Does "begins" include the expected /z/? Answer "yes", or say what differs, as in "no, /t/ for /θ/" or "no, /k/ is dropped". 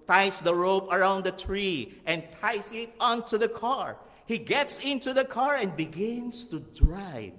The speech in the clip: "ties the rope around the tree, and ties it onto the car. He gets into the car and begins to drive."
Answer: no, /s/ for /z/